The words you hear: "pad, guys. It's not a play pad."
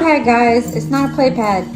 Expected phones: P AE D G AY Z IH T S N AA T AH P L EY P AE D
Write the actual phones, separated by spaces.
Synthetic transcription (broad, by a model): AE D G AY Z IH T S N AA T AH P L EY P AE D